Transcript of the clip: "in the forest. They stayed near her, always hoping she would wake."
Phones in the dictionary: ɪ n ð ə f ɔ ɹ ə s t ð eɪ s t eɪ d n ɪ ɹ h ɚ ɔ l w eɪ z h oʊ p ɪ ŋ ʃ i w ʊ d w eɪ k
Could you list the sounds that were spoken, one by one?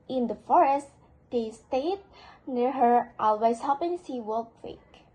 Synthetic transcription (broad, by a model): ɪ n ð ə f ɔ ɹ ə s t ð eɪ s t eɪ d n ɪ ɹ h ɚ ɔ l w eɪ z h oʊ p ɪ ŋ s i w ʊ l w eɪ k